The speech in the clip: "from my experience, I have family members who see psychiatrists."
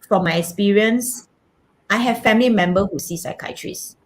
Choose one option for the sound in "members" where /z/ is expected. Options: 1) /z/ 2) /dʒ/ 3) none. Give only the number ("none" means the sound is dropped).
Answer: 3